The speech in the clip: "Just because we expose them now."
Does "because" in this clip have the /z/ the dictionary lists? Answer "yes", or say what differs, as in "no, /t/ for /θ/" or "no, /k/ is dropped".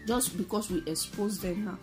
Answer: no, /s/ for /z/